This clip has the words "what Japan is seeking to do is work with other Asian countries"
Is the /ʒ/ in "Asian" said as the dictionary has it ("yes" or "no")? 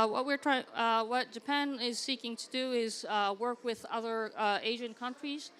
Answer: yes